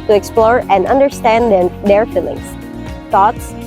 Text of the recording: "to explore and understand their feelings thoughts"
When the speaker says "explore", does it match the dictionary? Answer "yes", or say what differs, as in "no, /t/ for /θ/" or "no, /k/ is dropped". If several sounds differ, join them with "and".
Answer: yes